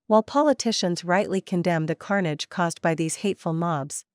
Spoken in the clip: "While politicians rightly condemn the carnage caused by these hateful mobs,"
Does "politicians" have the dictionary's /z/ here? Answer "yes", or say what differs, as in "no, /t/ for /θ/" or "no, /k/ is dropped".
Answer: yes